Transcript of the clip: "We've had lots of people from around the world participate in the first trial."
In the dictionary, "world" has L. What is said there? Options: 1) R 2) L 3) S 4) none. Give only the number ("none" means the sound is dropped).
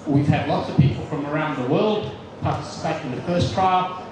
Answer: 2